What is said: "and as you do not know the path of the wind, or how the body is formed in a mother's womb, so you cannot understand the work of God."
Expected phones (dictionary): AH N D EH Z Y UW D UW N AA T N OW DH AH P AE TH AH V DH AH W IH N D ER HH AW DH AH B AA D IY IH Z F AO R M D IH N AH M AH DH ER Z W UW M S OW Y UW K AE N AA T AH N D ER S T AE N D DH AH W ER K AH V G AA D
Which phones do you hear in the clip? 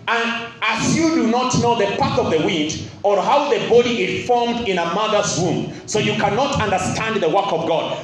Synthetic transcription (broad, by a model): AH N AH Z Y UW D UW N AA T N OW DH AH P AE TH AH V DH AH W IH N D ER HH AW DH AH B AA D IY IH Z F AO R M D IH N AH M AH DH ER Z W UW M S OW Y UW K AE N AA T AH N D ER S T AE N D DH AH W ER K AH V G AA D